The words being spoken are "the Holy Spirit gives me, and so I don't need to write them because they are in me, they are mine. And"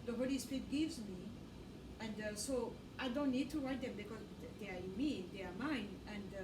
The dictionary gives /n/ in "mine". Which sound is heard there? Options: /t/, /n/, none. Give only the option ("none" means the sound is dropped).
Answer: /n/